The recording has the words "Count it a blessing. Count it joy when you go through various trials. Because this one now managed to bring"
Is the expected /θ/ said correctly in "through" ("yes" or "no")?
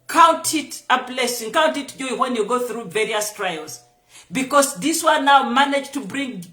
yes